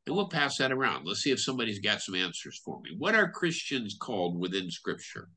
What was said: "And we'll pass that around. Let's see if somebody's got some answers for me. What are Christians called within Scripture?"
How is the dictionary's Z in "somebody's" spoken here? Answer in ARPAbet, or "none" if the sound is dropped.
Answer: Z